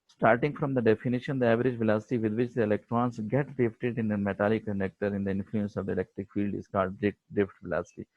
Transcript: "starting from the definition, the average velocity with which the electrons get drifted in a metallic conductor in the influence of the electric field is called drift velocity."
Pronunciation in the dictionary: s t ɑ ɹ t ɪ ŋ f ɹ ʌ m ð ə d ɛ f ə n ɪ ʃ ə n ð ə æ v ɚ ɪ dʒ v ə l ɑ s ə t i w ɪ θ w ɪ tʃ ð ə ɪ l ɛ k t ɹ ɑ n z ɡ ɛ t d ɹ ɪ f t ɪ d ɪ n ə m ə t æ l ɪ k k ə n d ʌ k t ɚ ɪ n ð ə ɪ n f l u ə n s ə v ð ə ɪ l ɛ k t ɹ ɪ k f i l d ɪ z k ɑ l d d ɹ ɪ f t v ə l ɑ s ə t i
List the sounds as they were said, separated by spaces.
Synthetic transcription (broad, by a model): s t ɑ ɹ t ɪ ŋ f ɹ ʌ m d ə d ɛ f ə n ɪ ʃ ə n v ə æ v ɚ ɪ dʒ v ə l ɑ s ə t i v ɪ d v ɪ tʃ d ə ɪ l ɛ k t ɹ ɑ n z ɡ ɛ t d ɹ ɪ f t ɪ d ɪ n ə m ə t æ l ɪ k k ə n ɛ k t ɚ ɪ n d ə ɪ n f l u ə n s ə v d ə ɪ l ɛ k t ɹ ɪ k f i l d ɪ z k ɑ l d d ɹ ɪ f t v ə l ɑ s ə t i